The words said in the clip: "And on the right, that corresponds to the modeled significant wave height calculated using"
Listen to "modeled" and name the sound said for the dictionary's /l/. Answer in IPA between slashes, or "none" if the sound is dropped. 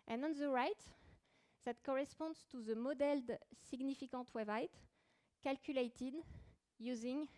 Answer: /l/